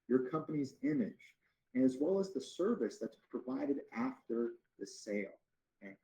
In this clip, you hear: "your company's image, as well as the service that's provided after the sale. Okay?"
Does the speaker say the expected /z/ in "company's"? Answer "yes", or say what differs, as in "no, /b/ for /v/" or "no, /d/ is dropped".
yes